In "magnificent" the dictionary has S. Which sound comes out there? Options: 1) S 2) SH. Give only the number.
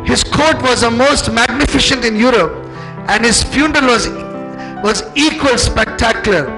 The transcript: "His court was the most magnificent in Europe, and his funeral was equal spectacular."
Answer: 2